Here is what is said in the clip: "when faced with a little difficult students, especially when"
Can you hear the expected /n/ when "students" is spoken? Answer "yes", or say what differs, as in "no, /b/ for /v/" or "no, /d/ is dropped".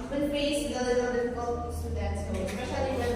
no, /n/ is dropped